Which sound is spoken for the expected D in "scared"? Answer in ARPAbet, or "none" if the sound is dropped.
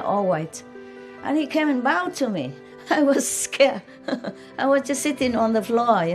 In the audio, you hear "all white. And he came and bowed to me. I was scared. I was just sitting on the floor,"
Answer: none